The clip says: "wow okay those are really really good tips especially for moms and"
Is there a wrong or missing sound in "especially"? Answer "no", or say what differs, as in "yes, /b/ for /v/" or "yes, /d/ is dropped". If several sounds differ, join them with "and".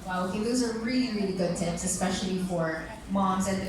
no